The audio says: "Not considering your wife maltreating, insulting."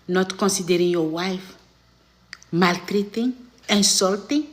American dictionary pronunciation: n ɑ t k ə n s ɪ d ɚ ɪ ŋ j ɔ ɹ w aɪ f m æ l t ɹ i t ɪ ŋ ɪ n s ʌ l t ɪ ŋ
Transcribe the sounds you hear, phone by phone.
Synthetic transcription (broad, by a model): n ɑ t k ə n s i d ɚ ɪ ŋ j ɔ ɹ w aɪ f m æ l t ɹ i t ɪ ŋ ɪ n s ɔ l t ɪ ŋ